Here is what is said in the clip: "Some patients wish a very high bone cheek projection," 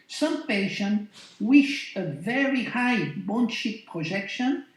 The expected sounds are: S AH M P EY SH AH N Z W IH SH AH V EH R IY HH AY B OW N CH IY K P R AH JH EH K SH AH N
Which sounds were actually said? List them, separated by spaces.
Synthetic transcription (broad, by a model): S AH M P EY SH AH N W IH SH AH V EH R IY HH AY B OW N SH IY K P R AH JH EH K SH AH N